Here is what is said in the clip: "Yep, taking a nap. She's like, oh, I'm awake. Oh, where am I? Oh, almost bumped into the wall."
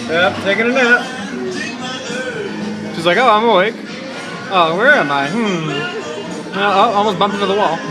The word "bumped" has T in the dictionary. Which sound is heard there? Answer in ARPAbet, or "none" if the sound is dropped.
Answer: none